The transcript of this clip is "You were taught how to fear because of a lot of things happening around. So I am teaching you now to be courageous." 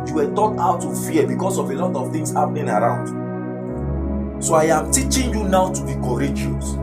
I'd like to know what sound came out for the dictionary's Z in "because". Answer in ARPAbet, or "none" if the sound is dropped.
S